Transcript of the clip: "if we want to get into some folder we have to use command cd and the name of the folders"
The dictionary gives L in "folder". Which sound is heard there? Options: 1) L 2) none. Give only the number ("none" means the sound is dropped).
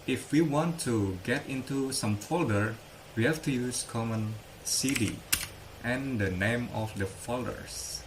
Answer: 1